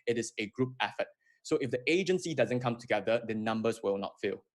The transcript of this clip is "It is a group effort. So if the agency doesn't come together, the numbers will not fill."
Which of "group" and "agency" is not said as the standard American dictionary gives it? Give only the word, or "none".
none